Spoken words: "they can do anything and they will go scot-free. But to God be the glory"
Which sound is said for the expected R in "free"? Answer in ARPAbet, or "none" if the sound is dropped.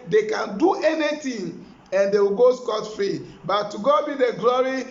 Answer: none